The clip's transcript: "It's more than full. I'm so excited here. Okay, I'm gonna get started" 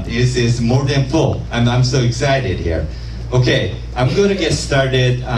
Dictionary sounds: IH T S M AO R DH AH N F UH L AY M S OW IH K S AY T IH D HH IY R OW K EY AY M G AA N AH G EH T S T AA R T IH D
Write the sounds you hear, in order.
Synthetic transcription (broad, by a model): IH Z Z M AO R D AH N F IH N AY M S OW IH K S AY T IH D HH IY R OW K EY AY M G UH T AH G EH T S T AA R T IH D